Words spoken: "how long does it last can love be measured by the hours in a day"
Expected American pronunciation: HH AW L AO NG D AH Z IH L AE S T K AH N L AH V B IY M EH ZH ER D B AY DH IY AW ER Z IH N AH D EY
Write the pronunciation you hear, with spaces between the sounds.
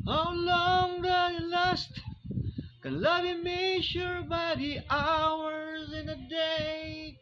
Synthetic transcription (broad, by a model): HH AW L AO NG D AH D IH L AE S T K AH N L AH V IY M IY SH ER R B AY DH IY AW ER Z IH N AH D EY